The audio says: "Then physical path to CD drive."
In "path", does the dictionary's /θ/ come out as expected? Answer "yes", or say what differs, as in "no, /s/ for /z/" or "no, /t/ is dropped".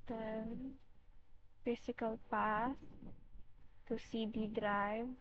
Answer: no, /s/ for /θ/